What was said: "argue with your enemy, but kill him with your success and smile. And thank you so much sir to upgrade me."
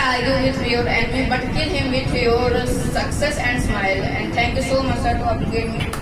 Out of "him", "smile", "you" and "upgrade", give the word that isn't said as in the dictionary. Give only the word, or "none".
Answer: upgrade